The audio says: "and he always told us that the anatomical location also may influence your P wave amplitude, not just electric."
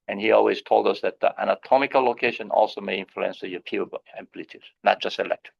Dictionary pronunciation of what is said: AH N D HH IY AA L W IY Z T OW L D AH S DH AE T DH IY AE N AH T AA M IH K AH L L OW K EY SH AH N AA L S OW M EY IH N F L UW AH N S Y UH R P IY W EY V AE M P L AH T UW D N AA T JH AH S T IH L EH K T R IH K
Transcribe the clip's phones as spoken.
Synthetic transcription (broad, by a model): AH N HH IY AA L W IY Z T OW L D AH S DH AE T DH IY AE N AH T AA M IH K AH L L OW K EY SH AH N AA L S OW M EY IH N F L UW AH N S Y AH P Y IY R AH B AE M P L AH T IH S N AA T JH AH S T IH L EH K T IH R